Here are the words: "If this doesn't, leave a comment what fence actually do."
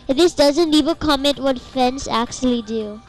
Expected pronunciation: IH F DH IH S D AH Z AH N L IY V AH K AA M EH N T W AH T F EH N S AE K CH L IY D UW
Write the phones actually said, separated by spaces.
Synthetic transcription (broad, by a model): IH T DH IH S D AH Z AH N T IY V AH K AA M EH N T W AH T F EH N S AE K CH L IY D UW